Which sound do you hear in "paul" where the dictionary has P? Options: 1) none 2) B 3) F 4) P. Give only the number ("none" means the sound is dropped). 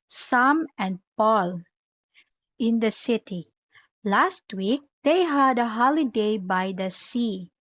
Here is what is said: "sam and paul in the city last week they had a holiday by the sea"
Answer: 4